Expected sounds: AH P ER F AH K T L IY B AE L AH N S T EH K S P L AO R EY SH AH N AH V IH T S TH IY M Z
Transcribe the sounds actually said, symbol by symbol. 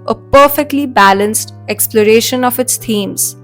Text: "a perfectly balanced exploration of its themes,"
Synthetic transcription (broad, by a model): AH P ER F AH K T L IY B AE L AH N S T EH K S P L AO R EY SH AH N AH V IH T S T IY M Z